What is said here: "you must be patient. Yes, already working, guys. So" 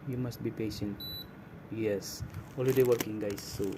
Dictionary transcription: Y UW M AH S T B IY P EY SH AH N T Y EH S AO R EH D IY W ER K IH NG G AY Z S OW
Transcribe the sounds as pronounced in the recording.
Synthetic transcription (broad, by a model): Y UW M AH S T B IY P EY SH AH N T Y EH S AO L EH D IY W ER K IH NG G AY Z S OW